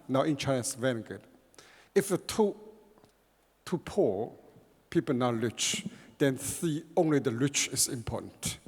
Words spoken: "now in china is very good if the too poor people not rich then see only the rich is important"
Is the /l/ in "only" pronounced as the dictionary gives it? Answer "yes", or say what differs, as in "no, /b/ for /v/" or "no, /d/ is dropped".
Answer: yes